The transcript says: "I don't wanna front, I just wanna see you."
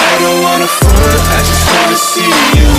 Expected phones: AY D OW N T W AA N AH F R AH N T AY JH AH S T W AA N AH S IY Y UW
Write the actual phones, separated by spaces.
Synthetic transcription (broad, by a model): AY D OW N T W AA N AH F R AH T AY JH AH S T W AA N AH S IY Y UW